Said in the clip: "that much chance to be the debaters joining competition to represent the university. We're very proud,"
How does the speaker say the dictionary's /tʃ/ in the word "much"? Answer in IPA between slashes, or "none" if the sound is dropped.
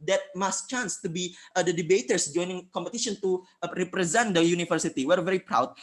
/s/